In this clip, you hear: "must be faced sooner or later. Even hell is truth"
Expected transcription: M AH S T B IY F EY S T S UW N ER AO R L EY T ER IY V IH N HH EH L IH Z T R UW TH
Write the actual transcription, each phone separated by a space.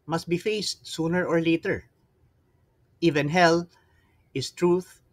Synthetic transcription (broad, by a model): M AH S T B IY F EY S T S UW N ER AO R L EY T ER IY V IH N HH EH L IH S T R UW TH